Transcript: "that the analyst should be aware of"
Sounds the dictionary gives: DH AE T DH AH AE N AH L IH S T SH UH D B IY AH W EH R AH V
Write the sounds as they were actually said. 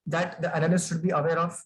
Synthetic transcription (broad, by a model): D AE T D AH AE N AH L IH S SH UH D B IY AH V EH R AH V